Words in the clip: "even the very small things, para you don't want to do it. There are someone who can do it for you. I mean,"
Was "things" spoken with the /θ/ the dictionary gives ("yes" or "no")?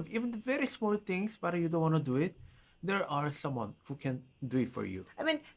no